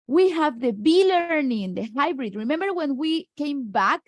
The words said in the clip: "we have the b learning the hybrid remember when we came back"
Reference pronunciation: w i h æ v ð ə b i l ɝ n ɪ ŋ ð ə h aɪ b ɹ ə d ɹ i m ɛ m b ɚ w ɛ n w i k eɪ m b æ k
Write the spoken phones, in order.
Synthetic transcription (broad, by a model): w i h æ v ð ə b i l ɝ n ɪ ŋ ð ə h aɪ b ɹ ə d ɹ i m ɛ m b ɚ w ɛ n w i k eɪ m b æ k